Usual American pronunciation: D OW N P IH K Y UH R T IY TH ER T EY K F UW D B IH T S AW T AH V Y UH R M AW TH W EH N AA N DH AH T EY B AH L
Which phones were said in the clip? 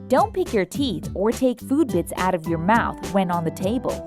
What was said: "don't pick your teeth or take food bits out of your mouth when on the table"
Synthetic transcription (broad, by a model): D OW N P IH K Y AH R T IY TH ER T EY K F UW D B IH T S AW T AH V Y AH R M AW TH W EH N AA N DH AH T EY B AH L